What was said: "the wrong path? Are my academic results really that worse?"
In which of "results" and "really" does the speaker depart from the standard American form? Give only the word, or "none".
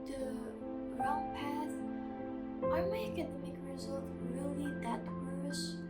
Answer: results